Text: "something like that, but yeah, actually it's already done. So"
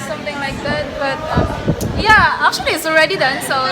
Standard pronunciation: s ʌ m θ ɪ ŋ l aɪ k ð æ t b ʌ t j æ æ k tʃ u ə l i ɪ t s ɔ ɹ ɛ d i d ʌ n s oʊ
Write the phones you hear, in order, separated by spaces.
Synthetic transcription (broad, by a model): s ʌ m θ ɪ ŋ l aɪ k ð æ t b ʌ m j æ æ k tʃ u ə l i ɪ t s ɔ ɹ ɛ d i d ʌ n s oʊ